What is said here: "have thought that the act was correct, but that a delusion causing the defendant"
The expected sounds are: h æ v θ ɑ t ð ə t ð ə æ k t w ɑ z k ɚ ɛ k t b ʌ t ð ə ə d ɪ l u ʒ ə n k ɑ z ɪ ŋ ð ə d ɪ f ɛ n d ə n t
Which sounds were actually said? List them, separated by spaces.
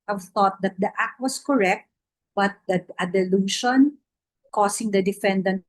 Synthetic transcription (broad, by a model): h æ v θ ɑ t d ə t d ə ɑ k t w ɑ s k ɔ ɛ k t b ʌ t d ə ə d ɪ l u ʃ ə n k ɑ s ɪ ŋ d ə d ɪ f ɛ n d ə n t